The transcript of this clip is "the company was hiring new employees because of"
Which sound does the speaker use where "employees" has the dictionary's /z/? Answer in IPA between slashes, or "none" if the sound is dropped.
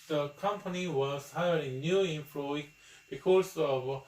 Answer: none